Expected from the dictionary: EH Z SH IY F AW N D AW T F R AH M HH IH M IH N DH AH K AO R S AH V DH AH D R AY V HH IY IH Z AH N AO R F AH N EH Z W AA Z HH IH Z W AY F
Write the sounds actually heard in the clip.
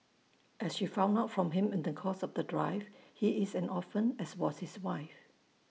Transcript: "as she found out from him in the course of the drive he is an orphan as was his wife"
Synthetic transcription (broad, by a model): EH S SH IY F AW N AW T F R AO M HH IH M IH N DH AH K AO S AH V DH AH D R AY V HH IY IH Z AH N AO F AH N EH S W AA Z HH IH S W AY F